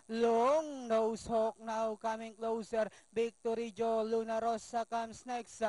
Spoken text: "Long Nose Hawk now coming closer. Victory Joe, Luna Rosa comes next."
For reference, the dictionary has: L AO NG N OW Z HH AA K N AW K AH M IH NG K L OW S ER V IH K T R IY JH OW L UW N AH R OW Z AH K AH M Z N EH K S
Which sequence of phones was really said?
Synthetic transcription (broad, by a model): L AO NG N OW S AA K N AW K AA M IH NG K L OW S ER B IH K T R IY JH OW L UW N AH R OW S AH K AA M S N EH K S